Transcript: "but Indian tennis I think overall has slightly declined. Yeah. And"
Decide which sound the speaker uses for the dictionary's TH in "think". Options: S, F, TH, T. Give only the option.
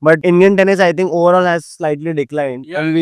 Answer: T